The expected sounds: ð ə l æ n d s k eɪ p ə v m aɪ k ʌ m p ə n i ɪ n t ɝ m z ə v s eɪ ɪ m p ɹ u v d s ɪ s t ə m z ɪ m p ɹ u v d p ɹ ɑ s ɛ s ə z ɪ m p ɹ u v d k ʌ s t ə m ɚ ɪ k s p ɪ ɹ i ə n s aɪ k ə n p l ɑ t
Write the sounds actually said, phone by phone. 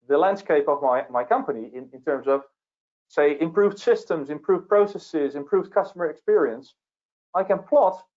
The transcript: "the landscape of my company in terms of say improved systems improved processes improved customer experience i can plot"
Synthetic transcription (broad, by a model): ð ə l æ n d s k eɪ p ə v m aɪ k ʌ m p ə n i ɪ n t ɝ m z ə v s eɪ ɪ m p ɹ u v d s ɪ s t ə m z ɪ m p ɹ u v p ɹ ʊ s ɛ s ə z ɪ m p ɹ u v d k ʌ s t ə m ɚ ɪ k s p ɪ ɹ i ə n s aɪ k ə n p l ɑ t